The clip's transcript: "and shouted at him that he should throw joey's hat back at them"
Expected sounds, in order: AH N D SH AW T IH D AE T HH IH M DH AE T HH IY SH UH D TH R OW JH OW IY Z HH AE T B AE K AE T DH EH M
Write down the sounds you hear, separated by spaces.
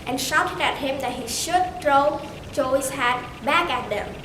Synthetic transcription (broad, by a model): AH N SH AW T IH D AE T HH IH M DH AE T HH IY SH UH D T R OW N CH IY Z HH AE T B AE K AE T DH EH M